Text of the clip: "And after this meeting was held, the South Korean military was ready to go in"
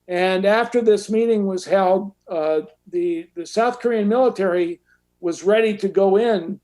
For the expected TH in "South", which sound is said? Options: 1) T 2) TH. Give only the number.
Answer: 2